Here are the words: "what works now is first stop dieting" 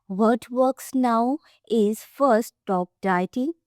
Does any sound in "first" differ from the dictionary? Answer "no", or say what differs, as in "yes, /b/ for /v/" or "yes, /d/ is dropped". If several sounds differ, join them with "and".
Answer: yes, /s/ is dropped